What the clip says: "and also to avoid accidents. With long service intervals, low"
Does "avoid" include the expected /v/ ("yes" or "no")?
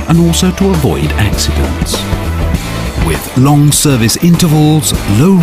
yes